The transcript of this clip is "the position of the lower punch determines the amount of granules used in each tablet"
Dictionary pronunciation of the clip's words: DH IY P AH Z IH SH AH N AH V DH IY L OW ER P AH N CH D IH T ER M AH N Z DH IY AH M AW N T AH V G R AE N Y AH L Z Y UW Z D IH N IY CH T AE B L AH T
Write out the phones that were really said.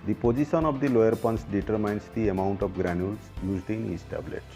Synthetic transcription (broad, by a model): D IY P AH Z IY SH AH N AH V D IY L OW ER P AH N S D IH T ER M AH N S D IY AH M AW N T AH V G R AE N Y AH L S Y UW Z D IH N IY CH T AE B L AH T